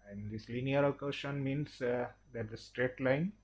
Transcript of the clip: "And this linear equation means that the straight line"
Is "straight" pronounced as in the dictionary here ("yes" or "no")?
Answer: yes